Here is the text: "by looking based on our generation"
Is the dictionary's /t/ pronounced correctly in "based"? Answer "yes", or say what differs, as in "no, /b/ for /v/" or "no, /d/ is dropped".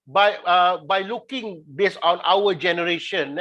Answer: no, /t/ is dropped